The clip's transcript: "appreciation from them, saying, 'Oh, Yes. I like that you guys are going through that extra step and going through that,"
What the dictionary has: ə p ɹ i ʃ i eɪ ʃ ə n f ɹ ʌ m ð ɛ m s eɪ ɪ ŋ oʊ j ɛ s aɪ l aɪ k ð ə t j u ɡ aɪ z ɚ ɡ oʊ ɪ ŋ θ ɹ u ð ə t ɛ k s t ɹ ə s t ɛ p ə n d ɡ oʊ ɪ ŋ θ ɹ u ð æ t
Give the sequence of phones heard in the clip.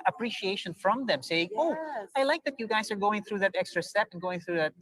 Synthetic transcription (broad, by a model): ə p ɹ i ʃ i eɪ ʃ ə n f ɹ ʌ m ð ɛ m s eɪ ɪ ŋ oʊ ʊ aɪ l aɪ k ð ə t j u ɡ aɪ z ɚ ɡ oʊ ɪ ŋ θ ɹ u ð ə t ɛ k s t ɹ ə s t ɛ p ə n ɡ oʊ ɪ ŋ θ ɹ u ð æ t